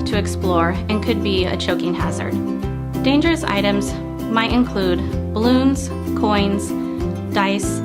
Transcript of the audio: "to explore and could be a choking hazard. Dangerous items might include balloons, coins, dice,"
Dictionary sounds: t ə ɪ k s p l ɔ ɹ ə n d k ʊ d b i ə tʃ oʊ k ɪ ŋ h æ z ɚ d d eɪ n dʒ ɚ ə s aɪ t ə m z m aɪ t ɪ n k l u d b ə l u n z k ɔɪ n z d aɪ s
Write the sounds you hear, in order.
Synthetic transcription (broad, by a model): t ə ɪ k s p l ɔ ɹ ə n k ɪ d b i ə tʃ oʊ k ɪ ŋ h æ z ɚ d d eɪ n dʒ ɚ ə s aɪ t ə m z m aɪ t ɪ n k l u d b ə l u n z k ɔɪ n z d aɪ s